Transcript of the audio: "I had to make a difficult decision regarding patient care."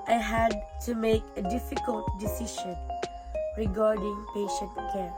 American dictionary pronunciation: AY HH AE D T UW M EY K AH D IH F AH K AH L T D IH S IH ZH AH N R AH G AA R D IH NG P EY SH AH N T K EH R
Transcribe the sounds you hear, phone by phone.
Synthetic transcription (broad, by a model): AY HH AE D T UW M EY K AH D IH F AH K AH L T D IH S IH SH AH N R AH G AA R D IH NG P EY SH AH N T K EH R